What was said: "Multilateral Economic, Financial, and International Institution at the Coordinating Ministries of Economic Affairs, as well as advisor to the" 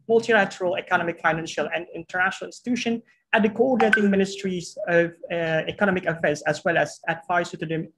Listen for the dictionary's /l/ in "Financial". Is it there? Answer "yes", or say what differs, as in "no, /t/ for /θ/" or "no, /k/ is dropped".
yes